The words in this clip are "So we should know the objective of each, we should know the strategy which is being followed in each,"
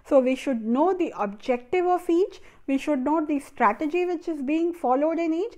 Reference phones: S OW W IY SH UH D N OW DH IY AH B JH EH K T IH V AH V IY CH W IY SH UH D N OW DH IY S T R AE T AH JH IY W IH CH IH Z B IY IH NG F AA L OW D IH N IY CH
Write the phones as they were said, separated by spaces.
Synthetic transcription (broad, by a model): S OW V IY SH UH D N OW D IY AH B JH EH K T IH V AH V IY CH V IY SH UH D N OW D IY S T R AE T AH JH IY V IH CH IH Z B IY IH NG F AA L OW D IH N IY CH